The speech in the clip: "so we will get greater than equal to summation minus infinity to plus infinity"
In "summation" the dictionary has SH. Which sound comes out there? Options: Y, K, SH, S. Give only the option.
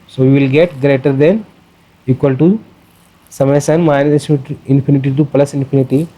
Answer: S